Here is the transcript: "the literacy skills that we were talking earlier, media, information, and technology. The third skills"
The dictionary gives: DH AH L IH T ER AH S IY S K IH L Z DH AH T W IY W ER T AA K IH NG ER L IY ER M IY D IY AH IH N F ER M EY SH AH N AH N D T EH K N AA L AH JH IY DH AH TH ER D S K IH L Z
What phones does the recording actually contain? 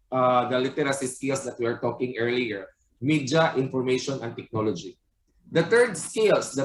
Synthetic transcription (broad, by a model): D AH L IH T ER AH S IY S K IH L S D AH T W IY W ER T AA K IH NG ER L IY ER M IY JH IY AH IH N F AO M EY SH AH N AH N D T EH K N AA L AH JH IY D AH T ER D S K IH L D